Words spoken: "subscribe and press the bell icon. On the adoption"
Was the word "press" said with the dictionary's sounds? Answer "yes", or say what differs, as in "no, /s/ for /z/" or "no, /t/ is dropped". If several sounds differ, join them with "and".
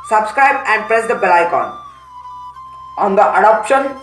yes